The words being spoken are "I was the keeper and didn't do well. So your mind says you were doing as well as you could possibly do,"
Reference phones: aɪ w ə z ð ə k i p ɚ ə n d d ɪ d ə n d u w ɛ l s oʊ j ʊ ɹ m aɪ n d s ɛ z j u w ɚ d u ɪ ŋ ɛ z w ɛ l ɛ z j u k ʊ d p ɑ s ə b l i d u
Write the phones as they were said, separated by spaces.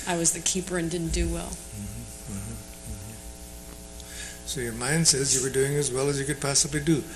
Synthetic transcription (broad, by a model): aɪ w ə z ð ə k i p ɚ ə n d d ɪ d n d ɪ w ɛ l s oʊ j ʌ ɹ m aɪ n d s ɛ z j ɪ w ɚ d u ɪ ŋ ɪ z w ɛ l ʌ z j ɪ k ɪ d p ɑ s ə b l i d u